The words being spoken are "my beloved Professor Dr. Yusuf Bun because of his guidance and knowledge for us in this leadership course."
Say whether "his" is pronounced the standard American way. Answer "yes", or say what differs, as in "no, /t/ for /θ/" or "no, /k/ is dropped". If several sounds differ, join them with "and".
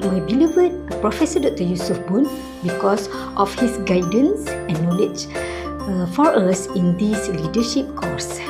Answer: no, /s/ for /z/